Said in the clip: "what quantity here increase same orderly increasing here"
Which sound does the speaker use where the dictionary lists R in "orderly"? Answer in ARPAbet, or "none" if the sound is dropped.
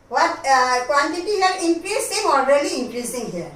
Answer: L